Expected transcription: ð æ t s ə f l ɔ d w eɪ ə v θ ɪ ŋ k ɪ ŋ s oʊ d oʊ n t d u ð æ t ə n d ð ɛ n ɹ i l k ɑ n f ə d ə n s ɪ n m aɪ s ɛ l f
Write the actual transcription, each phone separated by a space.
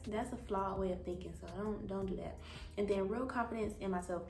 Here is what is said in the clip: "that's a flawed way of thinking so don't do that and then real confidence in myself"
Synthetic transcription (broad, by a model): ð æ t s ə f l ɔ w eɪ ə v θ ɪ ŋ k ɪ ŋ s oʊ d oʊ n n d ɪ ð æ t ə n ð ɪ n ɹ i l k ɑ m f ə d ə n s ɪ n m aɪ s ɛ l f